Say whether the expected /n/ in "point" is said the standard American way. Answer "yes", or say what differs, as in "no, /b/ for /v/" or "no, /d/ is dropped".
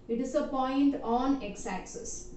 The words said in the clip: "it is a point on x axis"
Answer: yes